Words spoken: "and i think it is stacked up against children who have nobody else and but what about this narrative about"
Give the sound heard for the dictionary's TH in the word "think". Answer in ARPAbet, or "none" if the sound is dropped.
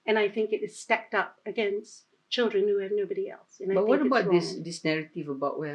TH